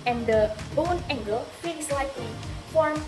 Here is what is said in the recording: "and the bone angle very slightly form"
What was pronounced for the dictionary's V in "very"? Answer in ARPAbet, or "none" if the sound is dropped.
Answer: F